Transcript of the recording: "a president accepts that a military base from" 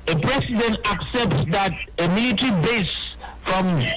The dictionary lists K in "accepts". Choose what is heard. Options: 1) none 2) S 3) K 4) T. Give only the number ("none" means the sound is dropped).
3